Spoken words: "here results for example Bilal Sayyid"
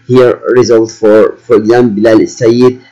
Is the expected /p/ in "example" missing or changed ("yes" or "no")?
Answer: yes